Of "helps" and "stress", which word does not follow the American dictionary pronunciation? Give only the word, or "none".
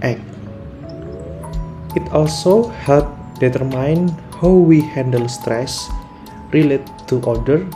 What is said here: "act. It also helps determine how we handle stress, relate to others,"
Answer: helps